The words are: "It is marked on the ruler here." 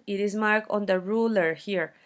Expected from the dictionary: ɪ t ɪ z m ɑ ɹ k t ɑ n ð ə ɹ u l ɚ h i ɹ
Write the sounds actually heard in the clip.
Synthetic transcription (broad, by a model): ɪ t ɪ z m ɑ ɹ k ɑ n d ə ɹ u l ɚ h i ɹ